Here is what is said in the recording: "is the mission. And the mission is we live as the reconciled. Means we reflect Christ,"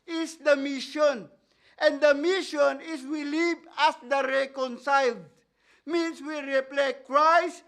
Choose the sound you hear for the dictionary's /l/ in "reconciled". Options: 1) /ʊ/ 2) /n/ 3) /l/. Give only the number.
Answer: 3